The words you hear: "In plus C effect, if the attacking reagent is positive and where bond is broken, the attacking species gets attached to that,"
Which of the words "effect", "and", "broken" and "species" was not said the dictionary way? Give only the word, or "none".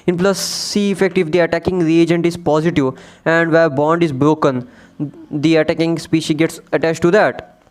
species